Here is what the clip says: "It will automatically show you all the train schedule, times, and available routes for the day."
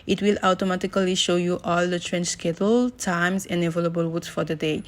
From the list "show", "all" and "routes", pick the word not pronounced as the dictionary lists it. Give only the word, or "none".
routes